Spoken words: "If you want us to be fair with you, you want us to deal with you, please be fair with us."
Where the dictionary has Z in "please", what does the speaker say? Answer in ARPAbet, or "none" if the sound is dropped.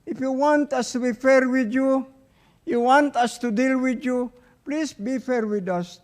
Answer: S